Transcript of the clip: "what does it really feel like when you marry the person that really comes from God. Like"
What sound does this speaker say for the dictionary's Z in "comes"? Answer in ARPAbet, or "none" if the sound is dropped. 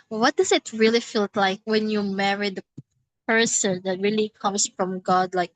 S